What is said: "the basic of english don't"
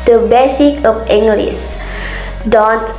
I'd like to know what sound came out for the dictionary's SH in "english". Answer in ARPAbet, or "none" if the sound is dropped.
S